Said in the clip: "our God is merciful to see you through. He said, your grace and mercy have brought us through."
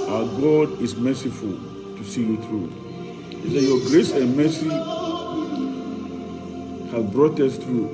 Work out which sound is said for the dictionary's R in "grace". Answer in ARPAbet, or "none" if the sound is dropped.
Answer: R